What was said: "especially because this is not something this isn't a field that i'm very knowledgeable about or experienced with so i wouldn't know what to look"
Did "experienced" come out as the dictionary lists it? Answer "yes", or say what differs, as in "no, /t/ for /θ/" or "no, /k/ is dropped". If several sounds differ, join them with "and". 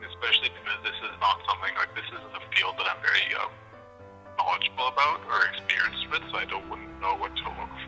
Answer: yes